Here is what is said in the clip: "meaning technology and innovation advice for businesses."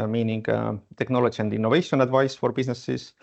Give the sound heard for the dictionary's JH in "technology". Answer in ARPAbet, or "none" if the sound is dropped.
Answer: SH